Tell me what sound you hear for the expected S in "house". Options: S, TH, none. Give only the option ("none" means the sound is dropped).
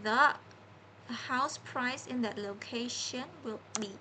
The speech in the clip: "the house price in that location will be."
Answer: S